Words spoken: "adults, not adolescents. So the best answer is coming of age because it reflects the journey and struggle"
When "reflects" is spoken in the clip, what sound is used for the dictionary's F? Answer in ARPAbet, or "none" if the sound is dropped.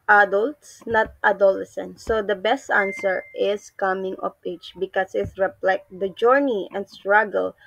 P